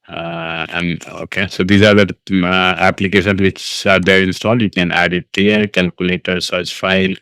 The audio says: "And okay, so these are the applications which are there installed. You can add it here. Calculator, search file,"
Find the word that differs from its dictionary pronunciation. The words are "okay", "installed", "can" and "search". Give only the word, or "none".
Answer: search